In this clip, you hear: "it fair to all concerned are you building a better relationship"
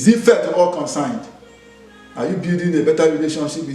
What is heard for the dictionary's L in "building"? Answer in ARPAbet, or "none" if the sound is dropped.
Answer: none